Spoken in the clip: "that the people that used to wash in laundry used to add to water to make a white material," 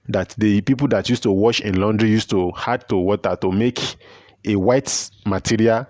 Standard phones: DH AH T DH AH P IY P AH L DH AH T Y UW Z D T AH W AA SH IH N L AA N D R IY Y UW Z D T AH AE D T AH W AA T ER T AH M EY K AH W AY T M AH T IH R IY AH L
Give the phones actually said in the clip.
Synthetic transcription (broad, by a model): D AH T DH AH P IY P AH L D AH T Y UW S T AH W AA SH IH N L AA N D R IY Y UW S T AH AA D T AH W AA T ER T AH M EY K AH W AY T M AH T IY R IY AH L